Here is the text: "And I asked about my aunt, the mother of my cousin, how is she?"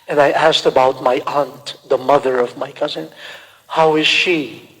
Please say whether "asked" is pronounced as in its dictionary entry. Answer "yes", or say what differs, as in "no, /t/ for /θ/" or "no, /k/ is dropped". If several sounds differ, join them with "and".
yes